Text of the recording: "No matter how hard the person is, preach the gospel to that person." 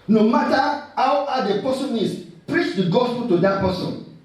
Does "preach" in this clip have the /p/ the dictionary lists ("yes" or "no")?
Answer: yes